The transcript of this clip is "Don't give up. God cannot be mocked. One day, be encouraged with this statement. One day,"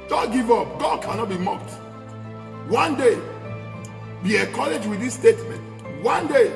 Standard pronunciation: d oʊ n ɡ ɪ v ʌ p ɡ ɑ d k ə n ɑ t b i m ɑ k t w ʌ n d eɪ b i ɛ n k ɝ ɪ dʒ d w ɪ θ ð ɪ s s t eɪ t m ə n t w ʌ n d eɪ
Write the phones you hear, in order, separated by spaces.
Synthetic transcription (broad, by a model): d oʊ ɡ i v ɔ p ɡ ɑ d k ə n ɑ t b i m ɑ k t w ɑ n d eɪ b i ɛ k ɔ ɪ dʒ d w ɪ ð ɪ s s t eɪ t m ə n t w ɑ n d eɪ